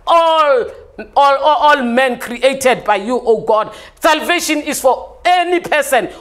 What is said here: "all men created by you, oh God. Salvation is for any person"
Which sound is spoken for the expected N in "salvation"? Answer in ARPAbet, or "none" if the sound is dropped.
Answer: N